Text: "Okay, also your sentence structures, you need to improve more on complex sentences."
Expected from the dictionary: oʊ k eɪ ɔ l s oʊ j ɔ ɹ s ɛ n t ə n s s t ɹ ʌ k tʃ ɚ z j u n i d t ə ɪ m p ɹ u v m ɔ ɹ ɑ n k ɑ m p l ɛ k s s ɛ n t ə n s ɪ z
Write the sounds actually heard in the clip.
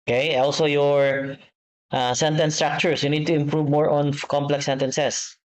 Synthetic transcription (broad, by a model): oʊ k eɪ ɔ l s oʊ j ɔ ɹ s ɛ n t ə n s s t ɹ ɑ k tʃ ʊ s j u n i d t ə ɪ m p ɹ u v m ɔ ɹ ɑ n k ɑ m p l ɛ k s s ɛ n t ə n s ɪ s